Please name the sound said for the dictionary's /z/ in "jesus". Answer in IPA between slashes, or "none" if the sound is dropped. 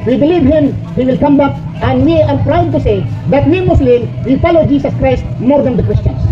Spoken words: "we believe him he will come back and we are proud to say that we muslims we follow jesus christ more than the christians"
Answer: /s/